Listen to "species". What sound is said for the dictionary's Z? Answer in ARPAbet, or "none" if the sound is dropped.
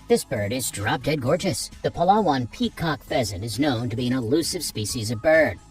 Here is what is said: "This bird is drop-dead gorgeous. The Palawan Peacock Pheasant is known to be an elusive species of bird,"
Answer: Z